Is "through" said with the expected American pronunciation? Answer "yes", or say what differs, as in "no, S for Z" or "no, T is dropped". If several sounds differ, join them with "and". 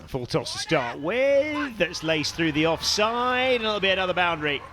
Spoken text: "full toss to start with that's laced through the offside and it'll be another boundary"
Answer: yes